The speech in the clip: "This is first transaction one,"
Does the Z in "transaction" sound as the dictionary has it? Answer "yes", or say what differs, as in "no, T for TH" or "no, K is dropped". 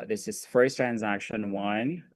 yes